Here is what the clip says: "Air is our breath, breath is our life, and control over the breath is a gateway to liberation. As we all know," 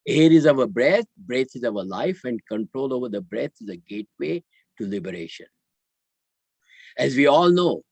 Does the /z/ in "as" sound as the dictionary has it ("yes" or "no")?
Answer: yes